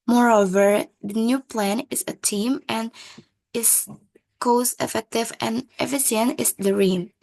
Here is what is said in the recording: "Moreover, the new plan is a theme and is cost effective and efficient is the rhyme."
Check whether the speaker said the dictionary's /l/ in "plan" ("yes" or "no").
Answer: yes